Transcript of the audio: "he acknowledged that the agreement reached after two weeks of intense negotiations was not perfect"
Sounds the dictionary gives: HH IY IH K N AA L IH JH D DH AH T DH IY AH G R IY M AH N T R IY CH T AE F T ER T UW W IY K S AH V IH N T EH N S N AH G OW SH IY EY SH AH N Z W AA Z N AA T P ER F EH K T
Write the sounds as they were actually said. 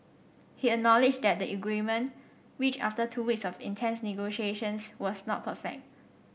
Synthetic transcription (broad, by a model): HH IY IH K N AA L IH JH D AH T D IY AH G R IY M AH N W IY CH AA F T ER T UW W IY K S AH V IH N T EH N S N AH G OW SH IY EY SH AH N S W AA S N AA T P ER F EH K T